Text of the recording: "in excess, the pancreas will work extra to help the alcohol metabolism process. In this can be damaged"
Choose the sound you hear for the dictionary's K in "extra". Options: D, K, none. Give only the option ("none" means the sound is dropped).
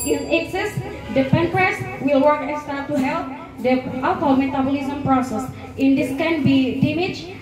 none